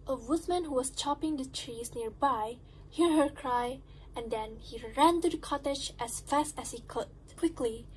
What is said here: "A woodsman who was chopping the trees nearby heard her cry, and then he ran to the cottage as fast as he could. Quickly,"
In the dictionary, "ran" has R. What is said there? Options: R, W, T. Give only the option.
R